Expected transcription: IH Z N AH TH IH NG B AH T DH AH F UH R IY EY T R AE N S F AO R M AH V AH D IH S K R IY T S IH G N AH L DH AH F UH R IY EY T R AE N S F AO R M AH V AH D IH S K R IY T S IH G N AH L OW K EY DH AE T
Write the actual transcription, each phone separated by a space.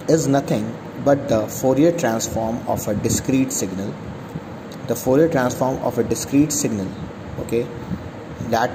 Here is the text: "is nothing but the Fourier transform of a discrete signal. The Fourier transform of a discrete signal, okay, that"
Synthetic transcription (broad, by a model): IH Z N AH T IH NG B AH T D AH F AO R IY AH T R AE N S F AO R M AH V AH D IH S K R IY T S IH G N AH L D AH F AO R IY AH T R AE N S F AO R M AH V AH D IH S K R IY T S IH G N AH L OW K EY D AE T